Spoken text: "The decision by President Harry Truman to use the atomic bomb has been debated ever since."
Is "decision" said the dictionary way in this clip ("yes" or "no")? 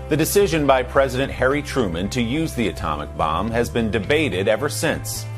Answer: yes